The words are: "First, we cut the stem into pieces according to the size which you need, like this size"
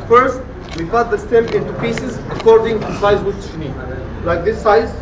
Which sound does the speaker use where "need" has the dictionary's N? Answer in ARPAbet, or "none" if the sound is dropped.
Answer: N